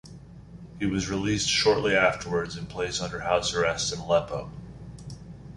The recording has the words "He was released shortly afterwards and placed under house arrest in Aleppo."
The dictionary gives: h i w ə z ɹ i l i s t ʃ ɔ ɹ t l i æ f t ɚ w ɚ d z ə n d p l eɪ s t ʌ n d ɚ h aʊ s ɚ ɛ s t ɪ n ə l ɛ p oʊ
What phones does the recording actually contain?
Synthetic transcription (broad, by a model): h i w ə z ɹ i l i s t ʃ ɔ ɹ t l i æ f t ɚ w ɚ d z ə n p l eɪ s ʌ n d ɚ h aʊ s ɚ ɛ s t ɪ n l ɛ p oʊ